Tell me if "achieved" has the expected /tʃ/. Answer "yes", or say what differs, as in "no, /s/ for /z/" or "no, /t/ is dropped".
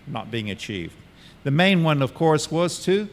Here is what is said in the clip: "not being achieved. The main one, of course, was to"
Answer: yes